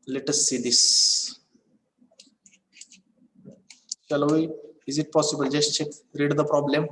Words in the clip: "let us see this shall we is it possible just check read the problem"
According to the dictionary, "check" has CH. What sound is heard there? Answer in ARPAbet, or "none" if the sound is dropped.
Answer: CH